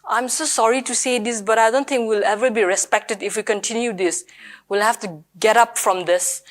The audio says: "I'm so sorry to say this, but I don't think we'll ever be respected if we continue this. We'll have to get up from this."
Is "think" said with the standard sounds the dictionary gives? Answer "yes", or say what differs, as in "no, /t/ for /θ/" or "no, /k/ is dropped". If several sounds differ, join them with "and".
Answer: no, /t/ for /θ/